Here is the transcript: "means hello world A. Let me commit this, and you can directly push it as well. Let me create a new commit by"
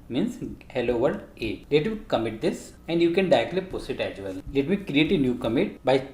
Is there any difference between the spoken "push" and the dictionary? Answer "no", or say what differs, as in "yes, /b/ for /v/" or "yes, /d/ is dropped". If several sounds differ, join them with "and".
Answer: yes, /s/ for /ʃ/